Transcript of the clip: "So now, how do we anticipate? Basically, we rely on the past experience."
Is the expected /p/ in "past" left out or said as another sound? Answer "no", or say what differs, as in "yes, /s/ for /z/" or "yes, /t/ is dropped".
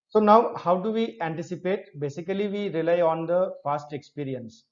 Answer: yes, /f/ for /p/